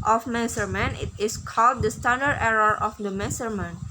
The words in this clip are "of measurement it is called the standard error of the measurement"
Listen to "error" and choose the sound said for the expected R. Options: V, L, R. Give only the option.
R